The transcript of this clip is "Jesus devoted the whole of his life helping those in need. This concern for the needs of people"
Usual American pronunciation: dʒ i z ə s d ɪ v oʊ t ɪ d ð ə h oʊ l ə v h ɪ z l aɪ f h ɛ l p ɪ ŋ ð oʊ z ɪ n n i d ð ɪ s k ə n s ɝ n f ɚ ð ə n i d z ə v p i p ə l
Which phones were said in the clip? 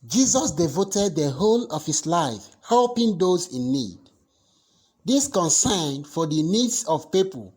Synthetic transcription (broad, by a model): dʒ i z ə s d ɪ v oʊ t ɪ d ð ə h oʊ l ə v h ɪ s l aɪ f h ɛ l p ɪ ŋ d oʊ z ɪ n n i d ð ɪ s k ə n s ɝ n f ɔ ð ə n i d s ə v p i p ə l